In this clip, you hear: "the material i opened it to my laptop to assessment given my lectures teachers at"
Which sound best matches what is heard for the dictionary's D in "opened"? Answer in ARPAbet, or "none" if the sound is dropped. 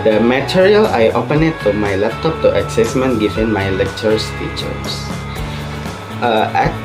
none